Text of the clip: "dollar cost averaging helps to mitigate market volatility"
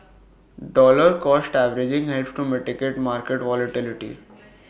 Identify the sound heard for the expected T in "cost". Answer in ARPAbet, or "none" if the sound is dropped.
T